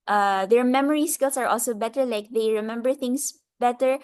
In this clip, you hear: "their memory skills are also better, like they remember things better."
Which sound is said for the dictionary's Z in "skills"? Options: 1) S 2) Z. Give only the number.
1